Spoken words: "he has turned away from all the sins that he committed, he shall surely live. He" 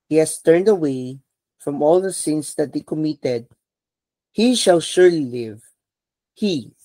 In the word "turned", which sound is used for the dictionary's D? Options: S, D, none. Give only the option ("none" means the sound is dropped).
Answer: D